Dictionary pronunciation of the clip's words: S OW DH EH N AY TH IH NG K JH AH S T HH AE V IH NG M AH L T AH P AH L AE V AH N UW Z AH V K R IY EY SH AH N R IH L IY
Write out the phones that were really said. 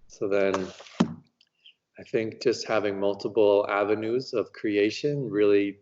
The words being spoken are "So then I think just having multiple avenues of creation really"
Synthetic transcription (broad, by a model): S OW DH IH N AY TH IH NG K JH AH S T HH AE V IH NG M AH L T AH P L AE V AH N UW Z AH V K R IY EY SH AH N R IH L IY